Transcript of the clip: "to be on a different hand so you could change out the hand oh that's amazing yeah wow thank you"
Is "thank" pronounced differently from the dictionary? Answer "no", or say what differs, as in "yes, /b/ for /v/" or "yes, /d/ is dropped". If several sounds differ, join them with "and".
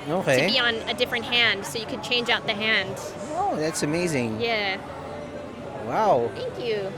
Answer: no